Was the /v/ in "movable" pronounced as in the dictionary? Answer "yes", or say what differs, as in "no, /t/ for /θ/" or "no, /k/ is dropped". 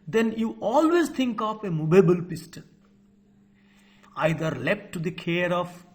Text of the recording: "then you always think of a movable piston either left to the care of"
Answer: no, /b/ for /v/